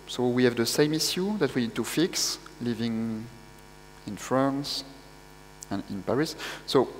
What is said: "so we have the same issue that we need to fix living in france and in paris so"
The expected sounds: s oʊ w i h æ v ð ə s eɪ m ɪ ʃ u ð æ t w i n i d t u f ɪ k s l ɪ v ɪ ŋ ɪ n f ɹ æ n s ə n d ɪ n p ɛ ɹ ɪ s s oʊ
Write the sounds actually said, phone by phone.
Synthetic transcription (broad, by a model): s oʊ w i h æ v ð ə s eɪ m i s u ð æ t w i n i d t u f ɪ k s l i v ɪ ŋ ɪ n f ɹ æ n s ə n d ɪ n p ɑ ɹ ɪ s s oʊ